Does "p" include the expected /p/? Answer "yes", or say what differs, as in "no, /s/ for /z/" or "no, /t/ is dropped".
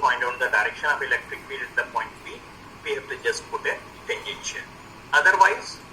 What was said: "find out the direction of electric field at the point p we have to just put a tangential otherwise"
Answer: no, /b/ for /p/